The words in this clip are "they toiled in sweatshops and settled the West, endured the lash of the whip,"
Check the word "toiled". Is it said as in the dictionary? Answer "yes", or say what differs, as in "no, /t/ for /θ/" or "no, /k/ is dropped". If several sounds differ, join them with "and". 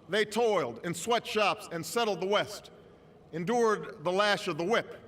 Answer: yes